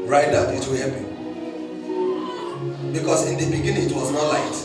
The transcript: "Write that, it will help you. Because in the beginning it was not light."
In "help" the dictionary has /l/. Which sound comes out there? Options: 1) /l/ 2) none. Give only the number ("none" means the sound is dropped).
2